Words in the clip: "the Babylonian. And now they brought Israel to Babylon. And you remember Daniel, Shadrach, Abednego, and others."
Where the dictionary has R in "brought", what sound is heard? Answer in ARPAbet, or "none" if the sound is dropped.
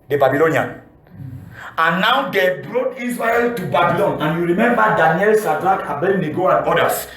R